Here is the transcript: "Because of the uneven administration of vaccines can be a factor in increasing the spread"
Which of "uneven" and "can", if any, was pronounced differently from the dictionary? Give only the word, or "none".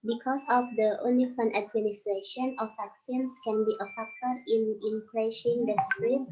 uneven